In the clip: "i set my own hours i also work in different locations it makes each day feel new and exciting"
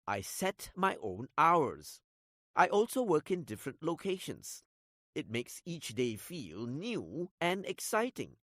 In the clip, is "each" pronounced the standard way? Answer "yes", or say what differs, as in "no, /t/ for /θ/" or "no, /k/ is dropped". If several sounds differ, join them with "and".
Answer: yes